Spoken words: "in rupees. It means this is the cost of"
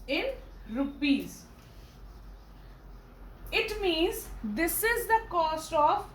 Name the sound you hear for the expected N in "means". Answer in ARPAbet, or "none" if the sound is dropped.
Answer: N